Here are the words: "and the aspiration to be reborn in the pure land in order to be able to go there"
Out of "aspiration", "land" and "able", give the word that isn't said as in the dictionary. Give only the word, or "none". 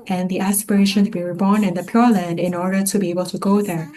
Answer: none